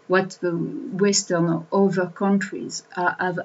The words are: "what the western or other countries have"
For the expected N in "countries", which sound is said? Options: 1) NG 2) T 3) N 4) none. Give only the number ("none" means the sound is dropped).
3